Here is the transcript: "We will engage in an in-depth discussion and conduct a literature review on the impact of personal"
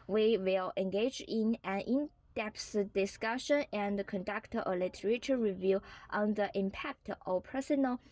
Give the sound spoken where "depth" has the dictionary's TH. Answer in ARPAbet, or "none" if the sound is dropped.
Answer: S